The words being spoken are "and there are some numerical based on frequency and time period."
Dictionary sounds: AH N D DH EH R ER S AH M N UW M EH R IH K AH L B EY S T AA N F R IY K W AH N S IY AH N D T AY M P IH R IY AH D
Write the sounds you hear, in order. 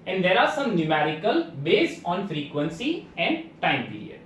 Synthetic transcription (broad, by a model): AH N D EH R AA S AH M N UW M EH R IH K AH L B EY S T AA N F R IY K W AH N S IY AH N D T AY M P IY R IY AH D